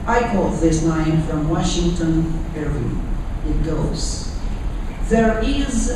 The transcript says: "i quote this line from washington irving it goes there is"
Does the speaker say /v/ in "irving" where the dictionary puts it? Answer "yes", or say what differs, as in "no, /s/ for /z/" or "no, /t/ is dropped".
no, /v/ is dropped